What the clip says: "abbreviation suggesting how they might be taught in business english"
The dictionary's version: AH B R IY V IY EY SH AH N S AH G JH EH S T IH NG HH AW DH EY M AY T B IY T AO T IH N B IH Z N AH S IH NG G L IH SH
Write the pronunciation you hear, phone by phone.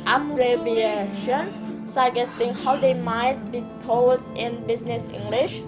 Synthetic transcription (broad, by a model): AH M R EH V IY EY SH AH N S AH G EH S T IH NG HH AW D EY M AY T B IY T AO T IH N B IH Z N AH S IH NG G L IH SH